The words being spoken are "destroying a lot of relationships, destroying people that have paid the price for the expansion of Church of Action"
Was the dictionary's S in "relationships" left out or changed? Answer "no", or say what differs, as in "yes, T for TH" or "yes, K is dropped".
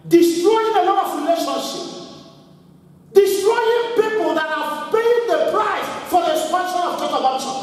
yes, S is dropped